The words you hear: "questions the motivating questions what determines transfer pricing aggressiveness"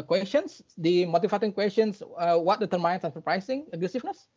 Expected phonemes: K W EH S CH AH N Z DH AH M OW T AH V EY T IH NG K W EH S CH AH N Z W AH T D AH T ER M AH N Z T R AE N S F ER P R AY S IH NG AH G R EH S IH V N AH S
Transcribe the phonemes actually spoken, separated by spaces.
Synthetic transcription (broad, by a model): K W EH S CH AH N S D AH M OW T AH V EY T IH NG K W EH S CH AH N S W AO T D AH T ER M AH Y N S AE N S ER P R AY S IH NG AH G R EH S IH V N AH S